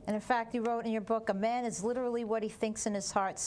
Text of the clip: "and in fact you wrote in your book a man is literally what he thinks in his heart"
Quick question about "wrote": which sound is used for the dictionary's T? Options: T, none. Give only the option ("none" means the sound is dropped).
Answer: T